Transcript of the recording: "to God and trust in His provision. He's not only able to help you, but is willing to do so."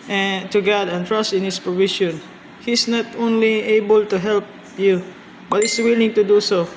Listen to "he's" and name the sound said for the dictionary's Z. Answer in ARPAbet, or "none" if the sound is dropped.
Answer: S